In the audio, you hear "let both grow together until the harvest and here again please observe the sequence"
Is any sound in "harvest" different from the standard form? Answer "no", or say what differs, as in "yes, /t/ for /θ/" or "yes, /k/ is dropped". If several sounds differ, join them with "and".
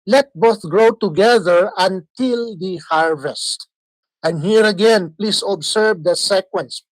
no